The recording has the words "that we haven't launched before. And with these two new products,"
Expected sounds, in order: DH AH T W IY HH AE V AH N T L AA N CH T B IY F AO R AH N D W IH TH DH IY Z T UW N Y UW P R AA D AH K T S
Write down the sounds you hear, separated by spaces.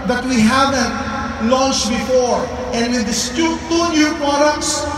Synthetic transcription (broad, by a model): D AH T W IY HH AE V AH N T L AA N CH T B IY F AO R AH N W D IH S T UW T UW N Y UW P R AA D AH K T S